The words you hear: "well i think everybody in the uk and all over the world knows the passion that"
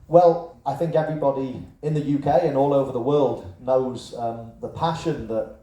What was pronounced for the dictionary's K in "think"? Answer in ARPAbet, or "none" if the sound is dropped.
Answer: K